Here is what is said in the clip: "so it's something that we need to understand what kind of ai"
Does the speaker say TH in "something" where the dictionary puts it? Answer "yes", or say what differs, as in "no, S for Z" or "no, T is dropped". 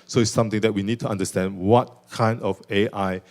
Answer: no, T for TH